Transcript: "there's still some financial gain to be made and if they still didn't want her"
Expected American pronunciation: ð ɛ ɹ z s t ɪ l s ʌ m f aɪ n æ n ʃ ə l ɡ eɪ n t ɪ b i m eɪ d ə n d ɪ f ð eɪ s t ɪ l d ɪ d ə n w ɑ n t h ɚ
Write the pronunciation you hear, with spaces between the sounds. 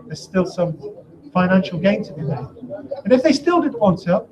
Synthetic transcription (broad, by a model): ð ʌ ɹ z s t ɪ l s ʌ m f aɪ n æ n ʃ l ɡ eɪ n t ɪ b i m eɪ ə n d ɪ f ð eɪ s t ɪ l d ɪ d ə n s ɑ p